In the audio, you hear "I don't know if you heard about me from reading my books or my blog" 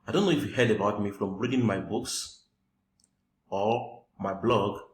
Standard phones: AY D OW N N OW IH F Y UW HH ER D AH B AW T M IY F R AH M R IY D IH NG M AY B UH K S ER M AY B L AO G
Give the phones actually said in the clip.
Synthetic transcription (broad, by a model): AY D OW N N OW IH F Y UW HH ER D AH B AW T M IY F R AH M R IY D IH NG M AY B UH K S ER M AY B L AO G